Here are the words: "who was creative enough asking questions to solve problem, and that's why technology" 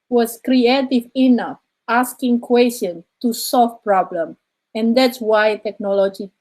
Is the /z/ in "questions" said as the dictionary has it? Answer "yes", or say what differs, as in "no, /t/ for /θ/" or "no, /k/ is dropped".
no, /z/ is dropped